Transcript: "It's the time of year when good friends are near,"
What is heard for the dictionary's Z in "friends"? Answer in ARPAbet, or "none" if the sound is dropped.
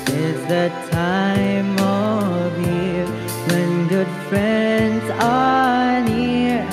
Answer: Z